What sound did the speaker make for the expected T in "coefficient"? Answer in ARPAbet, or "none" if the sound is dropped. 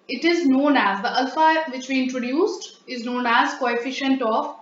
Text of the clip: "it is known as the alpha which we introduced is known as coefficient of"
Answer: T